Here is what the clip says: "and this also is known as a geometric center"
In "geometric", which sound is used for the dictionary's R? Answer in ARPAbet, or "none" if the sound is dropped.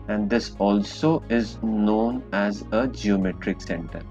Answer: R